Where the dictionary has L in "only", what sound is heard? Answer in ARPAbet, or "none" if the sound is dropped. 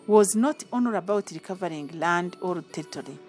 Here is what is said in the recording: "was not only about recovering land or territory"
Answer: none